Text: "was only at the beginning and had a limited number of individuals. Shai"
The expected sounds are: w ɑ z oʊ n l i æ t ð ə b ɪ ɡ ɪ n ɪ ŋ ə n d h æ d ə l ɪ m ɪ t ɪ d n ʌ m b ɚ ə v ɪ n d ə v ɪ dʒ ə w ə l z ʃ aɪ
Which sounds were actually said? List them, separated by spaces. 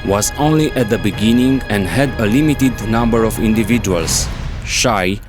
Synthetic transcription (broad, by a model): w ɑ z oʊ n l i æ t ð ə b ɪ ɡ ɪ n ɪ ŋ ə n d h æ d ə l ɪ m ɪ t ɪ d n ʌ m b ɚ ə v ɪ n d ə v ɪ dʒ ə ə l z ʃ aɪ